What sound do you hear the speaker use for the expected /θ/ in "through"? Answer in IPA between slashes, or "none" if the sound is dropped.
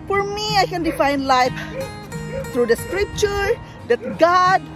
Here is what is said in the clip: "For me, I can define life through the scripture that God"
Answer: /t/